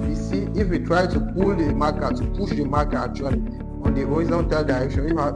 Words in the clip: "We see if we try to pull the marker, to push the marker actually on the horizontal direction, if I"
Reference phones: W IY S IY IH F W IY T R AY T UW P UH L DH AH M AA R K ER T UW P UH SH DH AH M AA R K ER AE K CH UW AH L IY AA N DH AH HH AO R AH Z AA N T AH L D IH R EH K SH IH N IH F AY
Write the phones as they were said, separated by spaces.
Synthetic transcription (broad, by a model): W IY S IY IH F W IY T R AY T UW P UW L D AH M AA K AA T UW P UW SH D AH M AA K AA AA CH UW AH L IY AA N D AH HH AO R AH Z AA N T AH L D IH R EH K SH IH N IH F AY